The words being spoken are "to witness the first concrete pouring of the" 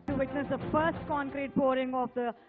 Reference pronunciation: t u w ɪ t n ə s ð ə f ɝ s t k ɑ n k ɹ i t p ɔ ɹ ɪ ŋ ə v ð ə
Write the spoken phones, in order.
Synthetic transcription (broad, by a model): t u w ɪ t n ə s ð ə f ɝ s t k ɑ n k ɹ i t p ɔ ɹ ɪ ŋ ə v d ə